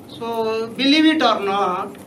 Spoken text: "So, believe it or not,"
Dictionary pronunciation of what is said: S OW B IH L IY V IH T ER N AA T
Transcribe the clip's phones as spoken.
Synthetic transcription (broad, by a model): S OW B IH L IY B IH T ER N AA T